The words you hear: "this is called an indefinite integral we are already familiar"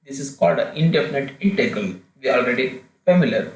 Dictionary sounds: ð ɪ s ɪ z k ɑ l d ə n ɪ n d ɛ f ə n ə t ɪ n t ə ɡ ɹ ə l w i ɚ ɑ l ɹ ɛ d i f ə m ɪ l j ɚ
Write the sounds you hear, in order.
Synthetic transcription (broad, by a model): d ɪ s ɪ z k ɑ l d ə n ɪ n d ɛ f ə n ə t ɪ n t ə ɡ ə l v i ɑ l ɹ ɛ d i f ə m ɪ l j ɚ